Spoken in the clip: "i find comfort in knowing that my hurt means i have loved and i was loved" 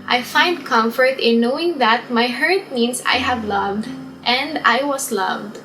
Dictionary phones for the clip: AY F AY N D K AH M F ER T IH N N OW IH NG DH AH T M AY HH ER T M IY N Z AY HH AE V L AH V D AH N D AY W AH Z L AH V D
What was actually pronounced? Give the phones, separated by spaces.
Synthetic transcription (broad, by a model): AY F AY N D K AH M F ER T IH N N OW IH NG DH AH T M AY HH ER T M IY N S AY HH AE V L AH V D AH N D AY W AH S L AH V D